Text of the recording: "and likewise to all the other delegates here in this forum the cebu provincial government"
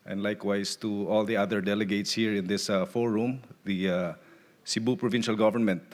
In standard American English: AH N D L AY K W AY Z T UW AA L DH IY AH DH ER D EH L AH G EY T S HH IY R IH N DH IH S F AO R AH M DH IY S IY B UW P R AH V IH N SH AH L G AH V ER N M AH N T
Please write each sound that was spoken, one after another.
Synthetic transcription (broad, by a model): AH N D L AY K W AY S T UW AA L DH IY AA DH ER D EH L AH G EY T S HH IY R IH N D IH S F AO R AH M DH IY S IY B UW P R AH V IH N SH AH L G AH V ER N M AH N T